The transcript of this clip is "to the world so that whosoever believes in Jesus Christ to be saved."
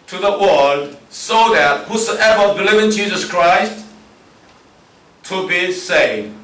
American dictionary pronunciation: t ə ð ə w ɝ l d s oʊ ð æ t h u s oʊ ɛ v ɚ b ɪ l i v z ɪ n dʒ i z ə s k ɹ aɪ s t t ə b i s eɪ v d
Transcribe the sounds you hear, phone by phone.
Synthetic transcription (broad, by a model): t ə ð ə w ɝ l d s oʊ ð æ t h u s oʊ ɛ v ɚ b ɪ l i v ɪ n dʒ i z ə s k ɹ aɪ s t t ə b i s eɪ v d